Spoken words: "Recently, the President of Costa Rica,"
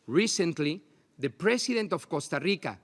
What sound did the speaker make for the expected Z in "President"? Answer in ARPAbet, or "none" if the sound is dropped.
S